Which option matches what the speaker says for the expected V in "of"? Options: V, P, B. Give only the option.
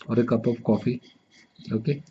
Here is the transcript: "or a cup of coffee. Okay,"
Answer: P